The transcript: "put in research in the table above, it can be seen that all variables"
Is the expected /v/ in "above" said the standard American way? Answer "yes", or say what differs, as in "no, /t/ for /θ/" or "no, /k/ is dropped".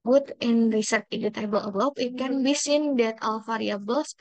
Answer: no, /p/ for /v/